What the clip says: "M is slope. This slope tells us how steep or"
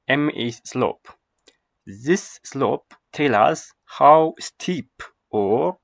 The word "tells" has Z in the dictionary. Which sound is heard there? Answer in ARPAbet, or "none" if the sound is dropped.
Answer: none